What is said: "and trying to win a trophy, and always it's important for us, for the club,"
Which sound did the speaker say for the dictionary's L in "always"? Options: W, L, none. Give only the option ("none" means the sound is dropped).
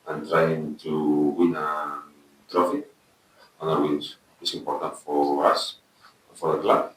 none